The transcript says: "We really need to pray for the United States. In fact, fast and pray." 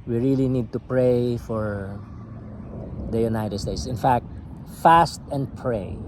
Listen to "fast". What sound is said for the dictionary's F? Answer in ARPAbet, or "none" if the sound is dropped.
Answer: F